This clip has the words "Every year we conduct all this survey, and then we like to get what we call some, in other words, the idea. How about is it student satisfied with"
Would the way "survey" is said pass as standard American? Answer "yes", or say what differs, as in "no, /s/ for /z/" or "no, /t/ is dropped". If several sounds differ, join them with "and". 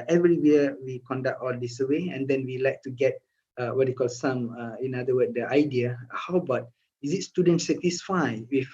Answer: no, /w/ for /v/